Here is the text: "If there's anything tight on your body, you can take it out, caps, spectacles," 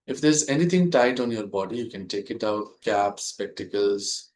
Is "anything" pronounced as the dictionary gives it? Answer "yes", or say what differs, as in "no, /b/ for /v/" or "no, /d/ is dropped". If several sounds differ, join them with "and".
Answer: no, /t/ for /θ/